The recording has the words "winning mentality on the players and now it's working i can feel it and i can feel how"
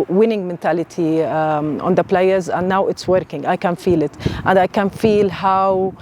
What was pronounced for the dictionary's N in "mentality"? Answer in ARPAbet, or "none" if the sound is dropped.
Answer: N